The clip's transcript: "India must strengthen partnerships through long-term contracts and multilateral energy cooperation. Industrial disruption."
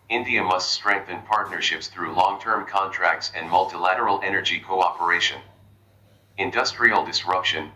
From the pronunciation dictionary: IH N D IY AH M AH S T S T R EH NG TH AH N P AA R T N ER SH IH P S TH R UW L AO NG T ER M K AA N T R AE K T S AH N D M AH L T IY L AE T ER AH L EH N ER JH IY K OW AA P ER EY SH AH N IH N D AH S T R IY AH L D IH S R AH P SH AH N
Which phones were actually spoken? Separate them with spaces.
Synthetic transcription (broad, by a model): IH N D IY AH M AH S T S T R EH NG TH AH N P AA R T N ER SH IH P S TH R UW L AO NG T ER M K AA N T R AE K T S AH N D M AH L T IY L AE T ER L EH N ER JH IY K OW AA P ER EY SH AH N IH N D AH S T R IY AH L D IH S R AH P SH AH N